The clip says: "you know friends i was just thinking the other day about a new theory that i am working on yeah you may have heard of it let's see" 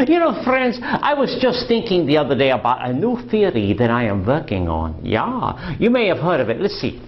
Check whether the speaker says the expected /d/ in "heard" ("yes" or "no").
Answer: yes